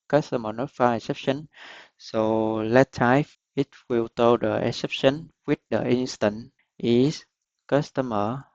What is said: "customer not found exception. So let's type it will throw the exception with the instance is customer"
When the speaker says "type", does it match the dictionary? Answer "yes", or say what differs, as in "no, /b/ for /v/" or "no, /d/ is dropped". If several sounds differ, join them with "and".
no, /f/ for /p/